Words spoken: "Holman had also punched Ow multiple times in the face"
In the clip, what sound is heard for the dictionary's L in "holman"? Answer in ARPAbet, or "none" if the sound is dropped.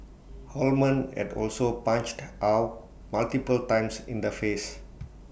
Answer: L